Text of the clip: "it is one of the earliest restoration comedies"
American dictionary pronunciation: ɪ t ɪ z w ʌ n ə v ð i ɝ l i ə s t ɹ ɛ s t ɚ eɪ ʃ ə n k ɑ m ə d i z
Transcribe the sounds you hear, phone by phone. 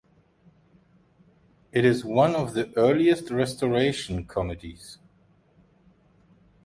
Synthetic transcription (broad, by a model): ɪ t ɪ z w ʌ n ə v ð i ɝ l i ə s t ɹ ɛ s t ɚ eɪ ʃ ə n k ɑ m ə d i z